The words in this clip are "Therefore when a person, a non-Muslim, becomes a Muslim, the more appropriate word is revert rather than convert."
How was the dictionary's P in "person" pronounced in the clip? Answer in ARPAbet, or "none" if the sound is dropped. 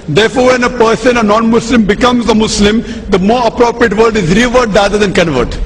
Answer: P